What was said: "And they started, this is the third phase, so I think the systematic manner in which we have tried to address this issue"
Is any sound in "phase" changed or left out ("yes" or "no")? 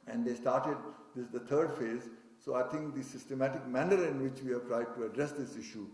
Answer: no